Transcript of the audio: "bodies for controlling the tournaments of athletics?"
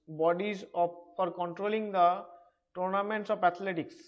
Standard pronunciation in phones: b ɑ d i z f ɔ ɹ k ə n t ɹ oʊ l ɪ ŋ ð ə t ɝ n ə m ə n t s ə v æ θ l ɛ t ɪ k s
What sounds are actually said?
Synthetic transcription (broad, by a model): b ɑ d i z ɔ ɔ ɹ k ə n t ɹ oʊ l ɪ ŋ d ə t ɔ n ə m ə n t s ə p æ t l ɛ t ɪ k s